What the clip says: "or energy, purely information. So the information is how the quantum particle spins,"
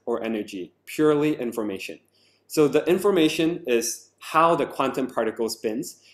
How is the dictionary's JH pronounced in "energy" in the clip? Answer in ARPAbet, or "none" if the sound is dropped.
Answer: JH